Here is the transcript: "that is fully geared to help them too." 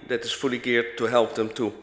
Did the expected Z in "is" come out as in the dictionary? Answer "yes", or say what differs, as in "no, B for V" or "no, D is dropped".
no, S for Z